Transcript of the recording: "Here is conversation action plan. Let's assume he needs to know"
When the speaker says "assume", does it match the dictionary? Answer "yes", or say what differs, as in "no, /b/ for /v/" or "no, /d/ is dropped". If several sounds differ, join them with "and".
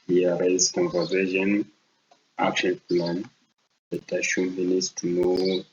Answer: no, /ʃ/ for /s/